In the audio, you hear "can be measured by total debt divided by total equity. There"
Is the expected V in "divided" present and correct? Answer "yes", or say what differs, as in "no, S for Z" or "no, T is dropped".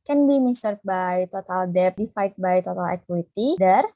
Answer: no, F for V